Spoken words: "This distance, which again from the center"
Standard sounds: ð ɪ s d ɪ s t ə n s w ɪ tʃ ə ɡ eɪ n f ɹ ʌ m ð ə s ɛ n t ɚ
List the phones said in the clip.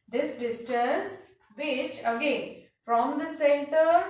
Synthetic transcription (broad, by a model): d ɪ s d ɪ s t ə s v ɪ tʃ ə ɡ eɪ n f ɹ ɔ m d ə s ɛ n t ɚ